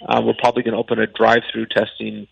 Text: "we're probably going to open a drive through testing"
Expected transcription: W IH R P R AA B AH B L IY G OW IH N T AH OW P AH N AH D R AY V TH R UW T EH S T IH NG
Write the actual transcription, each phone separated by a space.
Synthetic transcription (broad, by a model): W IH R P R AA B AH B L IY G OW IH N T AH OW P AH N AH D R AY V TH R UW T EH S T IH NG